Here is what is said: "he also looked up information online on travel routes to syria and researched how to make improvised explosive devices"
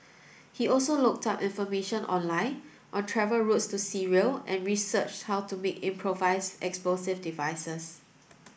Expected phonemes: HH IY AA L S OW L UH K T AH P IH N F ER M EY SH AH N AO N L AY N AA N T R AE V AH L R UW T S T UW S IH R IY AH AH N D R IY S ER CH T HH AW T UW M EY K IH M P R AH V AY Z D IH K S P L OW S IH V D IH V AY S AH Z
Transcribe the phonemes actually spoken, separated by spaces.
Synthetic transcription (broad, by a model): HH IY AA L S OW L UH K T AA P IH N F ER M EY SH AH N AO N L AY N AA N T R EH V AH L R UW T S T UW S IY R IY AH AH N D R IY S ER CH HH AW T UW M EY K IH M P R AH V AY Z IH K S P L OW S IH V D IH V AY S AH S